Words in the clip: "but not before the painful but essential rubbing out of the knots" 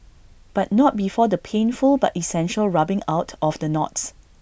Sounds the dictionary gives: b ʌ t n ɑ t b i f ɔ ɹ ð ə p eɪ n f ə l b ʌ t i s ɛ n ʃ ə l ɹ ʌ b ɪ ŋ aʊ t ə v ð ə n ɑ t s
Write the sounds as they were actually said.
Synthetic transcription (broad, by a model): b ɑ t n ɑ t b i f ɔ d ə p eɪ n f ə l b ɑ t i s ɛ n ʃ ə l ɹ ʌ b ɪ ŋ aʊ t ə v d ə n ɑ t s